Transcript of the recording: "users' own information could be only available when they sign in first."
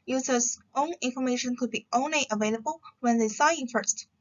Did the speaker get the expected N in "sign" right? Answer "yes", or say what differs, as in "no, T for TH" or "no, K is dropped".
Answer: no, N is dropped